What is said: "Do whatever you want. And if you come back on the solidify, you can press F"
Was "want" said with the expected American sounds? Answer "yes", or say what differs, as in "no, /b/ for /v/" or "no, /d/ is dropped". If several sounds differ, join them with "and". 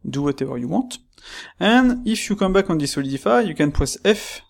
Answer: no, /n/ is dropped